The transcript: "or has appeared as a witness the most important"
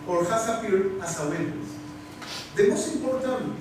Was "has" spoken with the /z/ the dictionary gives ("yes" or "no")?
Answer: no